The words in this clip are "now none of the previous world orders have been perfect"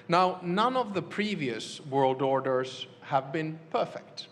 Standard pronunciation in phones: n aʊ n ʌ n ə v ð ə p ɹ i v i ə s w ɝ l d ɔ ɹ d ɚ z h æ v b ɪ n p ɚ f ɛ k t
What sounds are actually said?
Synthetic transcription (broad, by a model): n aʊ n ʌ n ə v ð ə p ɹ i v i ə s w ɝ l d ɔ ɹ d ɚ z h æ v b ɪ n p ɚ f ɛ k t